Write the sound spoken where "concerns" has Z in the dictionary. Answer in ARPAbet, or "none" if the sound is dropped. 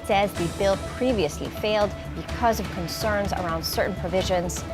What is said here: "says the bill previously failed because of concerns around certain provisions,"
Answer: Z